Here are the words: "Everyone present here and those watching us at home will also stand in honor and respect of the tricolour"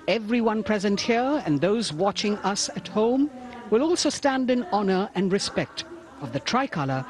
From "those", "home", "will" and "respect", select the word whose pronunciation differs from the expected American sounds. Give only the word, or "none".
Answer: none